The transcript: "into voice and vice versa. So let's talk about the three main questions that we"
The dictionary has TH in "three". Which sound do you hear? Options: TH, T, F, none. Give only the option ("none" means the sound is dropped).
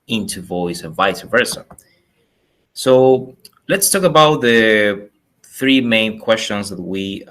TH